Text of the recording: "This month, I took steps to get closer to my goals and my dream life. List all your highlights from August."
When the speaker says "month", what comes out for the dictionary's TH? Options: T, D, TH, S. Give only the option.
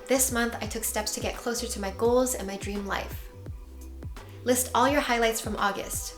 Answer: TH